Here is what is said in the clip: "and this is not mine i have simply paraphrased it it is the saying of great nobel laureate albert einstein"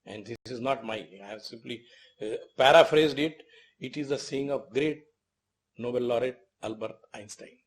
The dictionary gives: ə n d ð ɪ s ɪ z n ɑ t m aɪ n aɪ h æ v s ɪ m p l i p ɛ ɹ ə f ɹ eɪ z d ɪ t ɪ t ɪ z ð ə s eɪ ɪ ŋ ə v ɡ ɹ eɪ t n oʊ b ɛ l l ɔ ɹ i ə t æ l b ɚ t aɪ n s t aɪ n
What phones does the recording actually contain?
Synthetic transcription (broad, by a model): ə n d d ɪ s ɪ z n ɑ t m aɪ aɪ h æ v s ɪ m p l i p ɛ ɹ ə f ɹ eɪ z d ɪ t ɪ t ɪ z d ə s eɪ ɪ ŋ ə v ɡ ɹ eɪ t n oʊ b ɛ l l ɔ ɹ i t æ l b ɚ t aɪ n s t aɪ n